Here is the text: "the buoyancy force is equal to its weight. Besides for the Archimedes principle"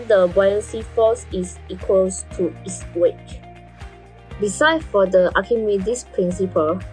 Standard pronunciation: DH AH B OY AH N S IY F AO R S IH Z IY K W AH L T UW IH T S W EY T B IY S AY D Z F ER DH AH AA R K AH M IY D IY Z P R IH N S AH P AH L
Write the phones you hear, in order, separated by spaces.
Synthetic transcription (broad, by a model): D AH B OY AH S IY F AO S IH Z IY K W AH L T UW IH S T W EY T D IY S AY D F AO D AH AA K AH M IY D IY S P R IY N S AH P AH L